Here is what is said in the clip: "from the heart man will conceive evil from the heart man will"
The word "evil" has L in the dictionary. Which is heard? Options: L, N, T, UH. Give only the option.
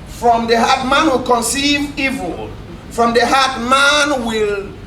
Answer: L